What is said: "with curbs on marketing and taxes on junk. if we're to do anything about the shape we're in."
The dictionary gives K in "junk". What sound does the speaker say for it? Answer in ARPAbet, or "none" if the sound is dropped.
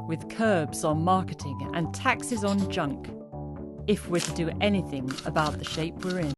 K